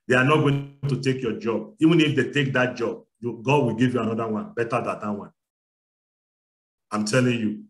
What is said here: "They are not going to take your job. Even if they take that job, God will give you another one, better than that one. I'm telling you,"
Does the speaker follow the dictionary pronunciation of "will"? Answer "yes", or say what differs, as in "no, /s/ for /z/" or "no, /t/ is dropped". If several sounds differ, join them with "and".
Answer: yes